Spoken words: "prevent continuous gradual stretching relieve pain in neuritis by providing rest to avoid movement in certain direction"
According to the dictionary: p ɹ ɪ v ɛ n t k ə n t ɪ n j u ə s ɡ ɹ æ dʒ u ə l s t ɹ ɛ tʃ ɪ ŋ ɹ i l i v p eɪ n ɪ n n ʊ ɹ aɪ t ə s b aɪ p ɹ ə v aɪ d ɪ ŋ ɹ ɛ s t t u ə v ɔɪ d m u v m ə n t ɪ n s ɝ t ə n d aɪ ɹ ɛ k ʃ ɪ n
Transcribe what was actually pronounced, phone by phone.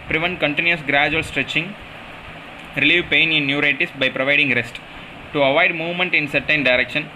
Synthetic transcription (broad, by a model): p ɹ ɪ v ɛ n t k ə n t ɪ n j u ə s ɡ ɹ æ dʒ u ə l s t ɹ ɛ tʃ ɪ ŋ ɹ i l i v p eɪ n ɪ n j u ɹ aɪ t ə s b aɪ p ɹ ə v aɪ d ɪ ŋ ɹ ɛ s t t u ə v ɔɪ d m u v m ə n t ɪ n s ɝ t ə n d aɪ ɹ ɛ k ʃ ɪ n